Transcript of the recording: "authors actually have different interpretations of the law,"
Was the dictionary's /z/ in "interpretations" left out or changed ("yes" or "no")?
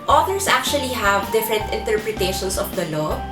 yes